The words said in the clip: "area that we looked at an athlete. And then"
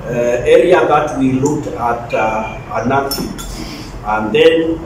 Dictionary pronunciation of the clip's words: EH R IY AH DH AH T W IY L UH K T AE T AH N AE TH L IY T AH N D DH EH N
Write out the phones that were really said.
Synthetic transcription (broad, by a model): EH R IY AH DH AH T W IY L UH K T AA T AH N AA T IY AH N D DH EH N